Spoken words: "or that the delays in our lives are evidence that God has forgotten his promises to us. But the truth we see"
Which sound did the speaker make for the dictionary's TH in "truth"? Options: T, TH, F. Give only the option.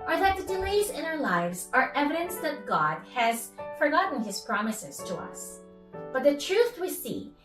TH